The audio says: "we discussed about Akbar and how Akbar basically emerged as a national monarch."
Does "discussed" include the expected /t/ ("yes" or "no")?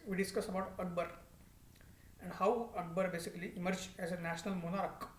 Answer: no